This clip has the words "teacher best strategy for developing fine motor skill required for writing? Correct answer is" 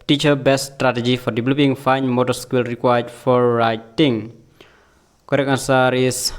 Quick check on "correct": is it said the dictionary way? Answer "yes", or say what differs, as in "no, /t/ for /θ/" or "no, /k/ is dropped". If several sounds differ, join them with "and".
no, /t/ is dropped